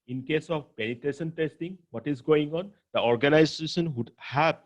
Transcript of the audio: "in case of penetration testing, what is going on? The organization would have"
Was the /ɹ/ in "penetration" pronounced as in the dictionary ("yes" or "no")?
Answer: no